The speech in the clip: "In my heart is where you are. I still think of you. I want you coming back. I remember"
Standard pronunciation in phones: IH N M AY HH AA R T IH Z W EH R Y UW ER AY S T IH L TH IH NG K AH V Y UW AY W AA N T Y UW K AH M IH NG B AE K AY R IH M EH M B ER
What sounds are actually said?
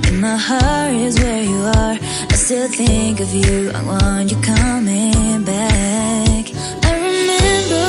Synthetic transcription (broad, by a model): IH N M AY HH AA R IH Z W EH R Y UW ER AY S T IH L TH IH NG K AH V Y UW AY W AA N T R K AH M IH NG B AE K AY R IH M EH M B ER